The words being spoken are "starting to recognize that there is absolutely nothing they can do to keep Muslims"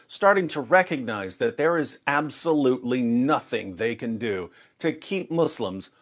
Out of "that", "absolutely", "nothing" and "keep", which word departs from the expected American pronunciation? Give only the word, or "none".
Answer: none